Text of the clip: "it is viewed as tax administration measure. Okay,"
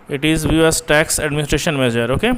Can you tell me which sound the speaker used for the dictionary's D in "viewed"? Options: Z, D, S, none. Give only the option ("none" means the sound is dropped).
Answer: none